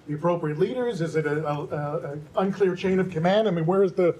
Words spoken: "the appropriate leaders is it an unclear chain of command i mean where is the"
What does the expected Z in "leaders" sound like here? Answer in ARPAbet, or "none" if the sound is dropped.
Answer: Z